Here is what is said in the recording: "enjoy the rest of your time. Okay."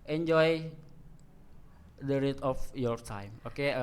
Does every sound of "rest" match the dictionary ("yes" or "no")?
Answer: no